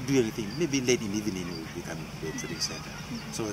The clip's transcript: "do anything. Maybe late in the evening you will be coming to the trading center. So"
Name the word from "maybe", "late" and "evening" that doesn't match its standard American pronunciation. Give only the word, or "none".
evening